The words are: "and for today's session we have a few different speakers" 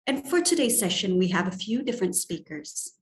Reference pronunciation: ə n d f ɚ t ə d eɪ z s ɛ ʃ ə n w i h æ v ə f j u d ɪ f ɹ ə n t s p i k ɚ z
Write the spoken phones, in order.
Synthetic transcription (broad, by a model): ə n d f ɚ t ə d eɪ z s ɛ ʃ ə n w i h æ v ə f j u d ɪ f ɹ ə n t s p i k ɚ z